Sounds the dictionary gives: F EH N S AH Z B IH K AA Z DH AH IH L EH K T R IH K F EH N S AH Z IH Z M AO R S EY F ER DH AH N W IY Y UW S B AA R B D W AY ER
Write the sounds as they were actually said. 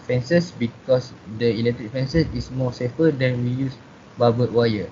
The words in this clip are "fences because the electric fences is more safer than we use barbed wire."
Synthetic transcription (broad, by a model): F EH N S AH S B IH K AA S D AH IH L EH K T R IH K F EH N S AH S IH S M AO S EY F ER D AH N W IY Y UW S B AA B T W AY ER